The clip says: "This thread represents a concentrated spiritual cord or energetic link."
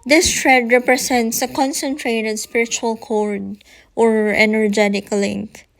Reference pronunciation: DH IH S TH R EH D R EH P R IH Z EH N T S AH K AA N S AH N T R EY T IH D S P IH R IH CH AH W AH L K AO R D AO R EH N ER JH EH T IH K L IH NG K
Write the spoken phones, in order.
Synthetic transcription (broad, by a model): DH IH S T R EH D R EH P R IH S EH N T S AH K AA N S AH N T R EY T IH D S P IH R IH CH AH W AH L K AO R D AO R EH N ER JH EH T IH K L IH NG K